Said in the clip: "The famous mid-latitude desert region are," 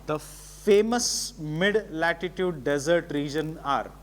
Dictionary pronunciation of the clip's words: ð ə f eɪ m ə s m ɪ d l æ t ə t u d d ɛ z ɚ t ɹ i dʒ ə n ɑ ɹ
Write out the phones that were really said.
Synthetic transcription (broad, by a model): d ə f eɪ m ə s m ɪ d l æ t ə t u d d ɛ z ɚ t ɹ i dʒ ə n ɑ ɹ